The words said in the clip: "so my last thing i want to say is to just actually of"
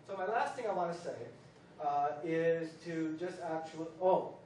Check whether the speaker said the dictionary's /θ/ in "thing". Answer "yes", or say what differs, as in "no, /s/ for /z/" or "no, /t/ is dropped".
yes